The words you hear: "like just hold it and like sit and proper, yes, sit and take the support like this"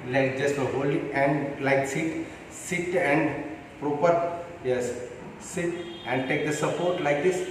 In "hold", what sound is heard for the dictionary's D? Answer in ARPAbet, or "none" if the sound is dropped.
none